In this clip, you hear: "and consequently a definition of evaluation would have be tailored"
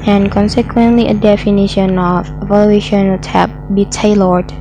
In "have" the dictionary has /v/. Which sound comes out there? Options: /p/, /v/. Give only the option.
/p/